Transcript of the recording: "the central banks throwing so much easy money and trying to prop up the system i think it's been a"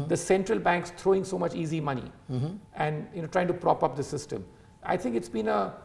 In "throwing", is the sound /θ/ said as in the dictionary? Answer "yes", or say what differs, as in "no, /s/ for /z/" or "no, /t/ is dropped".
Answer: no, /t/ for /θ/